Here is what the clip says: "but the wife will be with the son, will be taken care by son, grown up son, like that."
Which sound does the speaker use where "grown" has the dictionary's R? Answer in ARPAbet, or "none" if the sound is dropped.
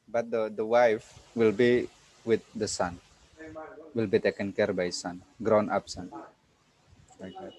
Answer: R